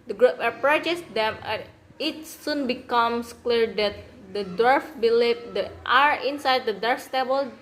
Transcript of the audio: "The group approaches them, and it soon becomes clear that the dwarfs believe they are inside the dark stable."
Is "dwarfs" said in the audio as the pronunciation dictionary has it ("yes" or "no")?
no